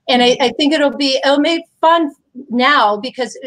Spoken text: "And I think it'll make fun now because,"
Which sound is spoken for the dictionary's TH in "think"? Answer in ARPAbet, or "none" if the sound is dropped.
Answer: TH